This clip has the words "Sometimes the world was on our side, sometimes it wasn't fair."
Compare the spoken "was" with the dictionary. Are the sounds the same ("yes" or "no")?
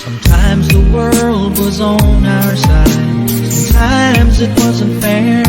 yes